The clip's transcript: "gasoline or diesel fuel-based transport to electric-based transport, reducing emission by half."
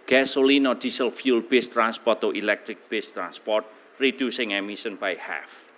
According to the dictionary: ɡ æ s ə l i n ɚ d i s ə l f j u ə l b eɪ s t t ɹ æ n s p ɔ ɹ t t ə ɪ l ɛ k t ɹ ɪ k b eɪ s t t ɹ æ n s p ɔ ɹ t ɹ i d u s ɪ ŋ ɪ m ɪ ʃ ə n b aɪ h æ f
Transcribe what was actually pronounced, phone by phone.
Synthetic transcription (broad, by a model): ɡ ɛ s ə l i n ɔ d i s ə l f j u l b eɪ s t t ɹ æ n s p ɔ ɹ t t ə l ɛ k t ɹ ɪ k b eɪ s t t ɹ æ n s p ɔ ɹ t ɹ i d u s ɪ ŋ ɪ m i s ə n b aɪ h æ f